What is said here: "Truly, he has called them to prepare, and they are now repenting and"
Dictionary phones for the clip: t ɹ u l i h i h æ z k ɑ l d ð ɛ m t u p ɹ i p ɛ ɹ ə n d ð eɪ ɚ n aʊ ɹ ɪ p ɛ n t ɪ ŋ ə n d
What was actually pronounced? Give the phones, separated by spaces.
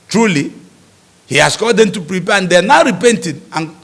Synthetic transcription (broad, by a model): t ɹ u l i h i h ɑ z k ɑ d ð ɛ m t u p ɹ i p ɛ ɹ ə n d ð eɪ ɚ n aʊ ɹ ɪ p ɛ n t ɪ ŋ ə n